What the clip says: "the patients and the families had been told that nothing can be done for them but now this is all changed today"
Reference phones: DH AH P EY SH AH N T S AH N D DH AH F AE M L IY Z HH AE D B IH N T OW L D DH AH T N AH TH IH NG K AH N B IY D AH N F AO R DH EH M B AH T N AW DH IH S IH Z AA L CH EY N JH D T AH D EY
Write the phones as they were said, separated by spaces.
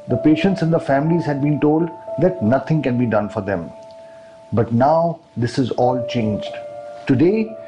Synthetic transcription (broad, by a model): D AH P EY SH AH N T S AH N D AH F AE M L IY Z HH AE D B IH N T OW L D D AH T N AH T IH NG K AH N B IY D AH N F AO R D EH M B AH T N AW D IH S IH Z AA L CH EY N JH D T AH D EY